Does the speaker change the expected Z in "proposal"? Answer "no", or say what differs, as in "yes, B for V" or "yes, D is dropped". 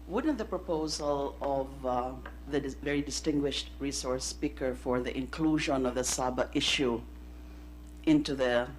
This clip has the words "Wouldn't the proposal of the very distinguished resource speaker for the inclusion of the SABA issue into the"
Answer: no